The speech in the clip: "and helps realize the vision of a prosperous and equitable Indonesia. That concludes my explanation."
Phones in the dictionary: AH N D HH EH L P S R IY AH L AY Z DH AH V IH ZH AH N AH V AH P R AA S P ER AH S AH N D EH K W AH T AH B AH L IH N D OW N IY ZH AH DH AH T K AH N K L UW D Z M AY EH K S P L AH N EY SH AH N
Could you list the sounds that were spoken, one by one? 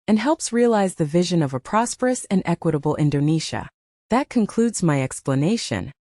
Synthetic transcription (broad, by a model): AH N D HH EH L P S R IY AH L AY Z DH AH V IH ZH AH N AH V AH P R AA S P ER AH S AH N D EH K W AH T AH B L IH N D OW N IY SH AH DH AH T K AH N K L UW D Z M AY EH K S P L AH N EY SH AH N